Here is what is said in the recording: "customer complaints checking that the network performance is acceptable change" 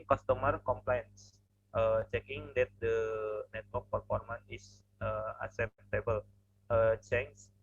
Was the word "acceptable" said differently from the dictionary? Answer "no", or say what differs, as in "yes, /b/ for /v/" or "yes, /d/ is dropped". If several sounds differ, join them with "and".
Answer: yes, /k/ is dropped